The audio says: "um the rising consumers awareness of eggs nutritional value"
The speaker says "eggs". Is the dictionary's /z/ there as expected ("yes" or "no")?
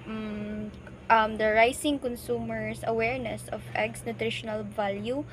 no